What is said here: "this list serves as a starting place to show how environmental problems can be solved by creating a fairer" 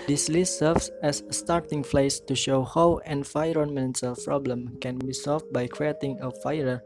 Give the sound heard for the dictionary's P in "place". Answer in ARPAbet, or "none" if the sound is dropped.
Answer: F